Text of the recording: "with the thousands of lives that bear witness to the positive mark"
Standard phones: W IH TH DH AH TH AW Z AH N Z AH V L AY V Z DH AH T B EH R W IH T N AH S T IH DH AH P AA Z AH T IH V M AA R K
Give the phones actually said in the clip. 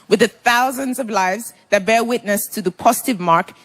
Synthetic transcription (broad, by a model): W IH DH AH TH AW Z AH N Z AH V L AY V Z DH AH T B EH R W IH T N AH S T IH DH AH P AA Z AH T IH V M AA R K